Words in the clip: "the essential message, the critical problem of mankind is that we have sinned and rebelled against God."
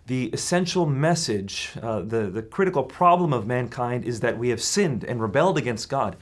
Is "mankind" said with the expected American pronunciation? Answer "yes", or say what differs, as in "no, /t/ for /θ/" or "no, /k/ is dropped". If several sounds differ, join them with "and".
yes